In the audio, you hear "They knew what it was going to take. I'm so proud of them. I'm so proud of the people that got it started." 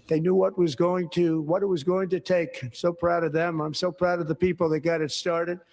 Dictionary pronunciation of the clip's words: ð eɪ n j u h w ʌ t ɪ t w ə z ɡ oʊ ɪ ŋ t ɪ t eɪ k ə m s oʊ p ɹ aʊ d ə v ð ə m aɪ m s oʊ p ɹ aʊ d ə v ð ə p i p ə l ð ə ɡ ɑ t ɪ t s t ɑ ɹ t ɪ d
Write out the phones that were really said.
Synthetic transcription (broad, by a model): ð eɪ n j u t w ʌ t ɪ t w ə z ɡ oʊ ɪ ŋ t ɪ t eɪ ə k s oʊ p ɹ aʊ d ə v ð ə m aɪ m s oʊ p ɹ aʊ d ə v ð ə p i p l ð ə ɡ ɑ t ɪ t s t ɑ ɹ t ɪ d